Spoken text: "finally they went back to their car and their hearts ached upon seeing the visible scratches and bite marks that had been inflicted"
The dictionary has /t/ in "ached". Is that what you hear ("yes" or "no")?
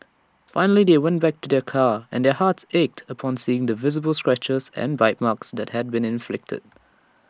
yes